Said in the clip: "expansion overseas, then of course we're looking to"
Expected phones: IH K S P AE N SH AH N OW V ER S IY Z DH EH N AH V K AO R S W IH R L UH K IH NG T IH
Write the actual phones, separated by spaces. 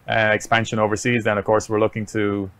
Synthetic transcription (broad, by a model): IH K S P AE N SH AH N OW V ER S IY Z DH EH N AH V K AO R S W IH R L UH K IH NG T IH